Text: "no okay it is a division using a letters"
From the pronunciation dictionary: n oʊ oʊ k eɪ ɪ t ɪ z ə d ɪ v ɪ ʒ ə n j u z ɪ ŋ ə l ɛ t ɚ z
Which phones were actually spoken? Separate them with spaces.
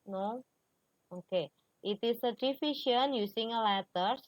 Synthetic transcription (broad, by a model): n oʊ oʊ k eɪ ɪ t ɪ s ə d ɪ f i ʃ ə n j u s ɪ ŋ ə l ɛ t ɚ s